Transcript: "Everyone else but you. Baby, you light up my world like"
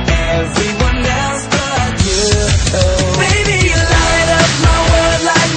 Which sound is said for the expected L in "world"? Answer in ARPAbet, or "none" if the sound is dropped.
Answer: none